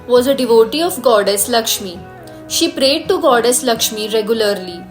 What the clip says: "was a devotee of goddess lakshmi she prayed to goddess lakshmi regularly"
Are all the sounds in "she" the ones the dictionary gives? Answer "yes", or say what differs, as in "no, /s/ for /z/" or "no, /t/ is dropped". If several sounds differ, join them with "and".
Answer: yes